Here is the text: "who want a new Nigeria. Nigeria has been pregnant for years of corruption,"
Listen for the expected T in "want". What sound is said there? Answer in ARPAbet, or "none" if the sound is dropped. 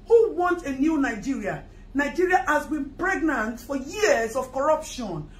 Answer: T